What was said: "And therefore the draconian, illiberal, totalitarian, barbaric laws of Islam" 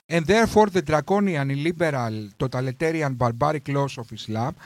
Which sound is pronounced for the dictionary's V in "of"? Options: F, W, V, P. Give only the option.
F